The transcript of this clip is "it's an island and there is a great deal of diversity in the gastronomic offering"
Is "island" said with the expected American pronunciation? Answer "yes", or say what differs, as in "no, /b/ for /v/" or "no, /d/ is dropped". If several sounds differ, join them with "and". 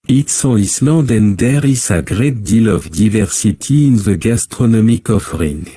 no, /n/ is dropped